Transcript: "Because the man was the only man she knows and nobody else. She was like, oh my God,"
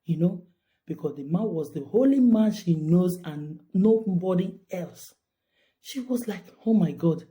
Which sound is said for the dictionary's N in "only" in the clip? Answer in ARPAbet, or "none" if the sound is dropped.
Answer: none